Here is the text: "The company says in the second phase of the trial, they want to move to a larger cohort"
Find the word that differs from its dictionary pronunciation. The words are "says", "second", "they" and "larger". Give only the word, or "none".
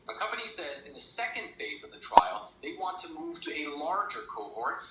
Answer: none